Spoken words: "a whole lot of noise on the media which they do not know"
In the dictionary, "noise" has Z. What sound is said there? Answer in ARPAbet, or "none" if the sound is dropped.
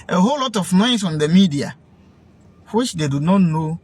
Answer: S